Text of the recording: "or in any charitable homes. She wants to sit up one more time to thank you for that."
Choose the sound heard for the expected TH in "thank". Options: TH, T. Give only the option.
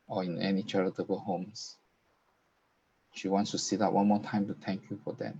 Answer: T